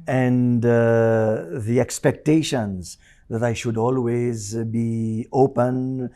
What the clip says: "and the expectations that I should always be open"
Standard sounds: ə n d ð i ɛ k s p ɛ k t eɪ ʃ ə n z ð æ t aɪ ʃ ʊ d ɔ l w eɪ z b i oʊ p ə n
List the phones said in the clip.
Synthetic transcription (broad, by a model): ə n d ð i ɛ k s p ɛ k t eɪ ʃ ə n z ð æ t aɪ ʃ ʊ d ɔ l w eɪ z b i oʊ p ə n